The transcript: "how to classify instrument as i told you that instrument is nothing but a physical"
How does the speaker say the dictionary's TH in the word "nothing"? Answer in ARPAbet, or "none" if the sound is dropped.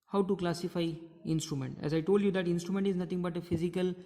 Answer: T